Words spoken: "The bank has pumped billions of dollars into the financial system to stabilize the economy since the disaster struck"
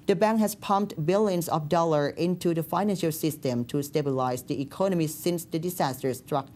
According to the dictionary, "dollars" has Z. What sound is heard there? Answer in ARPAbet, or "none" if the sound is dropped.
none